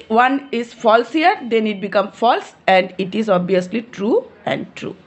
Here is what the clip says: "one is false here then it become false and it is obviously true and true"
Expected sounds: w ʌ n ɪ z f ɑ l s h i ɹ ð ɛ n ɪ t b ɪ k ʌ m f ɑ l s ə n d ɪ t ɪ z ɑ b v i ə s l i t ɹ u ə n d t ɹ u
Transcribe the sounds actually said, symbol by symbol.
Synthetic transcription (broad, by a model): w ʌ n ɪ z f ɑ l s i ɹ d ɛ n ɪ t b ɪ k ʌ m f ɑ l s ə n d ɪ t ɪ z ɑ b i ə s l i t ɹ u ə n d t ɹ u